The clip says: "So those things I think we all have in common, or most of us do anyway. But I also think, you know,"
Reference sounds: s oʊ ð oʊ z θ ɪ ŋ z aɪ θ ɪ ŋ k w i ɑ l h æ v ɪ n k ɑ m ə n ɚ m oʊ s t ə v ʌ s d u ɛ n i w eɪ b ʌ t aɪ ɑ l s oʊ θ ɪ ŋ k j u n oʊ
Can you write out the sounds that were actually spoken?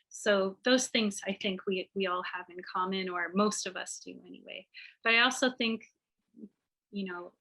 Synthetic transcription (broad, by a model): s oʊ ð oʊ z θ ɪ ŋ z aɪ θ ɪ ŋ k w i ɑ l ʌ v ɪ n k ɑ m ə n ɚ m oʊ s t ə v ʌ s d u ɛ n i w eɪ b ʌ t aɪ ɑ l s oʊ θ ɪ ŋ k j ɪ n oʊ